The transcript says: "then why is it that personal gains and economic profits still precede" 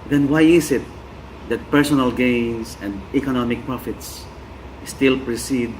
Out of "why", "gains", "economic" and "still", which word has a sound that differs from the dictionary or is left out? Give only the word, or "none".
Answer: gains